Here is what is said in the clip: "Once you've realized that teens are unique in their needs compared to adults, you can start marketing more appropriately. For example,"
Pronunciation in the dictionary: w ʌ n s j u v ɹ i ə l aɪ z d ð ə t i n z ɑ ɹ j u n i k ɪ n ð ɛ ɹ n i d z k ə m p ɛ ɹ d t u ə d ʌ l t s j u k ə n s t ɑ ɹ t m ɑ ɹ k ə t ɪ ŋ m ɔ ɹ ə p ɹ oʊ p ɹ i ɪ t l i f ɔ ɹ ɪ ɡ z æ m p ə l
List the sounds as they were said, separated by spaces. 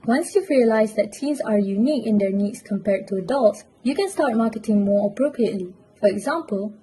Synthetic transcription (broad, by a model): w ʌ n s j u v ɹ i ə l aɪ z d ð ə t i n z ɑ ɹ j u n i k ɪ n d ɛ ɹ n i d s k ə m p ɛ ɹ d t u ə d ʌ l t s j u k ə n s t ɑ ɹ t m ɑ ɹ k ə t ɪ ŋ m ɔ ɹ ə p ɹ oʊ p ɹ i ɪ t l i f ɔ ɹ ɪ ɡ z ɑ m p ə l